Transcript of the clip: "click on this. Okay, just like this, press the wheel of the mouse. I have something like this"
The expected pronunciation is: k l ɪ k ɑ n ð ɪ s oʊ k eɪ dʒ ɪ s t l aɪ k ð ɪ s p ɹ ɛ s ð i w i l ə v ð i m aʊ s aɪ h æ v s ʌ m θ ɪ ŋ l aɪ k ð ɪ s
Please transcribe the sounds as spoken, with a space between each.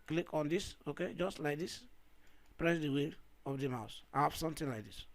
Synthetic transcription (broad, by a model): k l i k ɑ n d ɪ s oʊ k eɪ dʒ ɪ s t l aɪ k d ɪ s p ɹ ɛ s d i w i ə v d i m aʊ s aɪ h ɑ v s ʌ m t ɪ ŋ l aɪ k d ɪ s